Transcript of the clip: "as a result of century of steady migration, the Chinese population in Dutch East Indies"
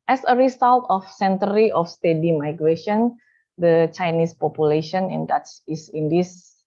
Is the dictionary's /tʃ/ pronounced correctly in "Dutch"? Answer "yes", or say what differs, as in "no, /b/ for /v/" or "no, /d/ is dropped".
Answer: no, /s/ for /tʃ/